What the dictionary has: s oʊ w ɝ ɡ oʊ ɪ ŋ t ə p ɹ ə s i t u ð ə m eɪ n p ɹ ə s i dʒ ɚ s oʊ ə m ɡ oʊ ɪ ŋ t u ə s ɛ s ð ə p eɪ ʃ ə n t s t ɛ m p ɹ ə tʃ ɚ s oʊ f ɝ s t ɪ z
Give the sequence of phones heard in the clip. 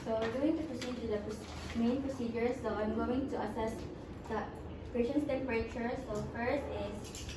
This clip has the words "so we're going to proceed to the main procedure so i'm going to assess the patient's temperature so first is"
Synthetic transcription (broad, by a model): s oʊ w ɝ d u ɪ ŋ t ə p ɹ ə s i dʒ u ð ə m eɪ n p ɹ ə s i dʒ ɚ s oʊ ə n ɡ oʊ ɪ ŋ t u ə s ɛ s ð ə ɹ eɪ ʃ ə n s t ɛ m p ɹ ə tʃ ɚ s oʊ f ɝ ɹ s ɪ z